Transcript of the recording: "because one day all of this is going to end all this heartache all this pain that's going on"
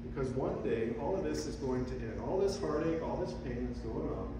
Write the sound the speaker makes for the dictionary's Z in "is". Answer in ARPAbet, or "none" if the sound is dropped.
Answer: Z